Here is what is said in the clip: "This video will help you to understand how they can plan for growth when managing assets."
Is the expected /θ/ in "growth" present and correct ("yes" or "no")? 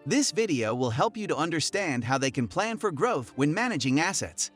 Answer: yes